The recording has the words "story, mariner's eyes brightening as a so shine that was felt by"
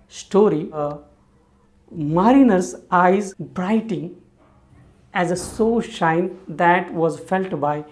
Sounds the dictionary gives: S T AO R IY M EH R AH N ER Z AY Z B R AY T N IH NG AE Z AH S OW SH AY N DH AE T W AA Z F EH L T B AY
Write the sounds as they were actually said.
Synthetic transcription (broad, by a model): S T AO R IY M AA R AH N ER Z AY Z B R AY T IH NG AE Z AH S OW SH AY N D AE T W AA Z F EH L T B AY